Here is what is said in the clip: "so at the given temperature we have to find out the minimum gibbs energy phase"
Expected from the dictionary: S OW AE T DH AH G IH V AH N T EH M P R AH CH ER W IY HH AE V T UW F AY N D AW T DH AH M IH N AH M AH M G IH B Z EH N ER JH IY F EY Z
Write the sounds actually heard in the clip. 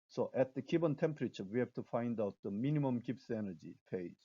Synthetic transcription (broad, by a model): S OW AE T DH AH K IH B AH N T EH M P R AH CH ER W IY HH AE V T UW F AY N D AW T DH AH M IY N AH M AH M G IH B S EH N ER JH IY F EY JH